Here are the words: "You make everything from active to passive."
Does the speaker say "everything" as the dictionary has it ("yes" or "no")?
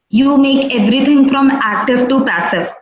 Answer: no